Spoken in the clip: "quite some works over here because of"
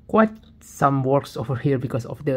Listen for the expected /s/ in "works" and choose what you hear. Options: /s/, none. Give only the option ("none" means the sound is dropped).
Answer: /s/